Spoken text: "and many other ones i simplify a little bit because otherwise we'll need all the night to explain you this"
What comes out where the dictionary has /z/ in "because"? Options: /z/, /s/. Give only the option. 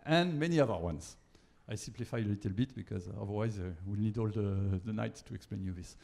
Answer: /z/